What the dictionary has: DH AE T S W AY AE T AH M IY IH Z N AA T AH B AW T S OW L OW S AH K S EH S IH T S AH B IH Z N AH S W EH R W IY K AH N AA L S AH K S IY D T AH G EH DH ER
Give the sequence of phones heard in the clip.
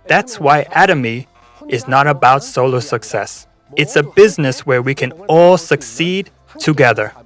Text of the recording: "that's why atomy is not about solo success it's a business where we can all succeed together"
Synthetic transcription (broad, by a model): DH AE T S W AY AE T AH M IY IH Z N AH T AH B AW T S OW L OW S AH K S EH S IH T S AH B IH Z N AH S W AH R W IY K AH N AA L S AH K S IY D T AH G EH DH ER